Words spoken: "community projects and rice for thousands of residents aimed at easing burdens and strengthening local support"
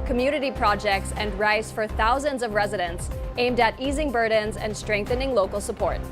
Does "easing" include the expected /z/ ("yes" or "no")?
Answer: yes